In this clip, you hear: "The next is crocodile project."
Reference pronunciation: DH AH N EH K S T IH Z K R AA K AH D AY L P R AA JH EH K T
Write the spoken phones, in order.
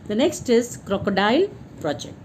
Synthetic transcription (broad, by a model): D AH N EH K S T IH Z K R AA K AH D AY L P R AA JH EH K T